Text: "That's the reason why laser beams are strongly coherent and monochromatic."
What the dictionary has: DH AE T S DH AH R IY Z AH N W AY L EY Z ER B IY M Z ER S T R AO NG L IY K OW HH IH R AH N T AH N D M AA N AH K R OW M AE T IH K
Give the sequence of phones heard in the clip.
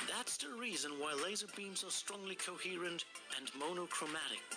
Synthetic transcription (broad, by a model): DH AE T S DH AH R IY Z AH N W AY L EY Z ER B IY M Z ER S T R AO NG L IY K OW HH IH R AH N T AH N M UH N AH K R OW M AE T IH K